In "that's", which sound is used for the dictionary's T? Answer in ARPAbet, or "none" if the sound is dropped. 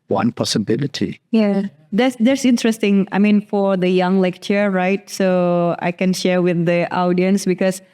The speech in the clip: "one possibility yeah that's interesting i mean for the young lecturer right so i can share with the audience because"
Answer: S